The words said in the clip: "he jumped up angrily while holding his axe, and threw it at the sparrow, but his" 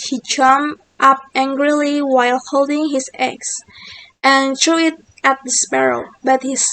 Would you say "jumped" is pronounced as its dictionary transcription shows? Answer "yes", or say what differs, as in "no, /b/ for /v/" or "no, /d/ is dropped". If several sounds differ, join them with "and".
no, /p/ is dropped